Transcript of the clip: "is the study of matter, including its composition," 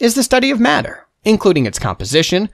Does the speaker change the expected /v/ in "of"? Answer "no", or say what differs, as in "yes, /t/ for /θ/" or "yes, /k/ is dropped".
no